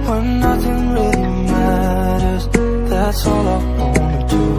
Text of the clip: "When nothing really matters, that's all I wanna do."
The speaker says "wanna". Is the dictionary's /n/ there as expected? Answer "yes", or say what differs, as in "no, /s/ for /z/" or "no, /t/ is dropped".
no, /n/ is dropped